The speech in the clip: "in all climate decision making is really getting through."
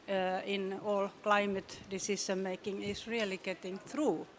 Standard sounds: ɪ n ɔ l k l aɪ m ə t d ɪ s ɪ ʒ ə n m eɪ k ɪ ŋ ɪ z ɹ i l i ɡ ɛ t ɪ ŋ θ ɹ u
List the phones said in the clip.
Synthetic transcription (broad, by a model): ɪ n ɔ l k l aɪ m ə t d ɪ s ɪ ʃ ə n m eɪ k ɪ ŋ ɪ s ɹ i l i ɡ ɛ t ɪ ŋ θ ɹ u